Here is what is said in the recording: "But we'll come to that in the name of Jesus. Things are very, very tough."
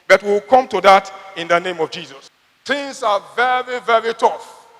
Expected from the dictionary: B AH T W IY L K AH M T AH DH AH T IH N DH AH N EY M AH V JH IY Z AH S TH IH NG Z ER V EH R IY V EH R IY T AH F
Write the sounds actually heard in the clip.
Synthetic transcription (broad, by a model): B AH T W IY W K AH M T AH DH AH T IH N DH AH N EY M AH V JH IY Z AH S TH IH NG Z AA V EH R IY V EH R IY T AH F